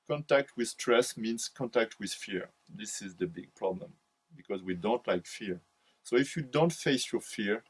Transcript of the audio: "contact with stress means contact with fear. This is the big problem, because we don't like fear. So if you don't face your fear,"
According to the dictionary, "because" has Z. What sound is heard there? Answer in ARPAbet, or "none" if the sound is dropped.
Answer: Z